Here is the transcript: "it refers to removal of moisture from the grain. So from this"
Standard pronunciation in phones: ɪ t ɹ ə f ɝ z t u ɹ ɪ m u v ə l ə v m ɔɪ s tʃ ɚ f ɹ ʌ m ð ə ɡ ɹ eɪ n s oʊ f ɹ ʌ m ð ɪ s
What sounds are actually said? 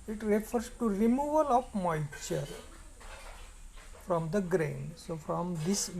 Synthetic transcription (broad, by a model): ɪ t ɹ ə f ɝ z t u ɹ ɪ m u v ə l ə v m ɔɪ tʃ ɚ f ɹ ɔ m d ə ɡ ɹ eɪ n s oʊ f ɹ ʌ m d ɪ s